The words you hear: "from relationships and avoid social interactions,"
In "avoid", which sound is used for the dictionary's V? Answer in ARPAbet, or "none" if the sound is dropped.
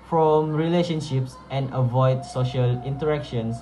V